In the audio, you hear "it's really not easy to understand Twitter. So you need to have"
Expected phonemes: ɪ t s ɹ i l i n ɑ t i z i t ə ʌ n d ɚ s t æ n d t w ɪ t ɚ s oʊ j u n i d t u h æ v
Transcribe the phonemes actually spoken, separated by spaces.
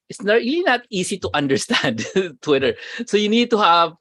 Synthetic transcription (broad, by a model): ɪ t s ɹ i l i n ɑ t i s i t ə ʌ n d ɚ s t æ n d t w ɪ t ɚ s oʊ j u n i d t u h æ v